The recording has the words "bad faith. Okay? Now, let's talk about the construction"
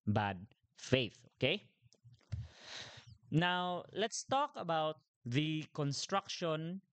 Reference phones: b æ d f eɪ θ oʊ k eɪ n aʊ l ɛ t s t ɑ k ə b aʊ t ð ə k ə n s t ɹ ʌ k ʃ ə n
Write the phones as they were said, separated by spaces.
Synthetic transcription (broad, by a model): b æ d f eɪ θ oʊ k eɪ n aʊ l ɛ t s t ɑ k ə b aʊ t ð ə k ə n s t ɹ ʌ k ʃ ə n